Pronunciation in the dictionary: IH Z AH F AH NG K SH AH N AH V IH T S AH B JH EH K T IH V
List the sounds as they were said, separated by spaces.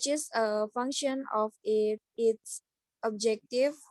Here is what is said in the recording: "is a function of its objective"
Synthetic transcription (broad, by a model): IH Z AH F AH NG K SH AH N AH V IH T S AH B JH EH K T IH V